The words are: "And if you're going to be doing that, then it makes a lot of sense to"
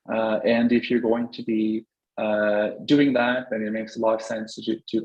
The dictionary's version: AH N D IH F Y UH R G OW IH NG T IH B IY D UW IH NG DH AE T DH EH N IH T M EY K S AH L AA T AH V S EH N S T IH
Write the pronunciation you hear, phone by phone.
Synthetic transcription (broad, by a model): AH N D IH F Y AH R G OW IH NG T IH B IY D UW IH NG DH AE T DH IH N IH T M EY K S AH L AA AH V S EH N S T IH